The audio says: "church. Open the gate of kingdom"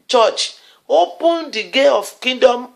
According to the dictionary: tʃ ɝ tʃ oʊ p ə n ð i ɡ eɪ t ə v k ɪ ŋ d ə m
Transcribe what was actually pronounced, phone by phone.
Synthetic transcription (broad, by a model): tʃ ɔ tʃ oʊ p ə n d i ɡ eɪ ə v k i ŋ d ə m